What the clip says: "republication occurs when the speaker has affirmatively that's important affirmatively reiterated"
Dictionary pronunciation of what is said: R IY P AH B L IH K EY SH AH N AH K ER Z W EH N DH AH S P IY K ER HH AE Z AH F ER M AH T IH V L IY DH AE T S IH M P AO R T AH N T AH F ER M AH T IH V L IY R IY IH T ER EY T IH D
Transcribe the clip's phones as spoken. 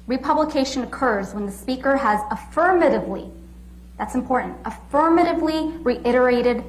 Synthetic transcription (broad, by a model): R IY P AH B L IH K EY SH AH N AH K ER Z W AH N DH AH S P IY K ER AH Z AH F ER M AH T IH V L IY DH AE T S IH M P AO R T N T AH F ER M AH T IH V L IY R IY IH T ER EY T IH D